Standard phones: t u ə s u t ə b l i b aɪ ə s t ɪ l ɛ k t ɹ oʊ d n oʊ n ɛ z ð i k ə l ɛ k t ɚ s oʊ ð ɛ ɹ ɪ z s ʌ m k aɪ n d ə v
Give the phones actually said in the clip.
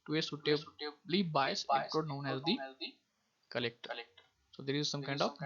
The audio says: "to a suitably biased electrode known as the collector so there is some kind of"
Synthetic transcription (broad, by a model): t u ə s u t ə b l i b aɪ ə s ɪ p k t oʊ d n oʊ n ɛ z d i k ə l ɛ k t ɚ s oʊ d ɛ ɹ ɪ z s ʌ m k aɪ n d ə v